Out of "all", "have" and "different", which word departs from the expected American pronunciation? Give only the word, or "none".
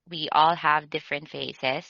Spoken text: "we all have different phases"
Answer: none